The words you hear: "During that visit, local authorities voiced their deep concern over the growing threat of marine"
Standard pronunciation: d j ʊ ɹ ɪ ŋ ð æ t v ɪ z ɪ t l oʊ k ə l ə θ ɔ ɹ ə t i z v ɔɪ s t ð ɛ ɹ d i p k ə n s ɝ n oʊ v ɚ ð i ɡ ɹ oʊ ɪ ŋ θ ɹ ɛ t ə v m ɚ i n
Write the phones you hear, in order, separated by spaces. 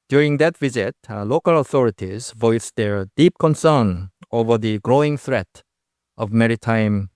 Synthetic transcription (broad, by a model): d j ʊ ɹ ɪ ŋ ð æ t v ɪ z ɪ t l oʊ k ə l ə θ ɔ ɹ ə t i z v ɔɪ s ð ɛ ɹ d i p k ə n s ɝ n oʊ v ɚ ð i ɡ ɹ oʊ ɪ ŋ θ ɹ ɛ t ə v m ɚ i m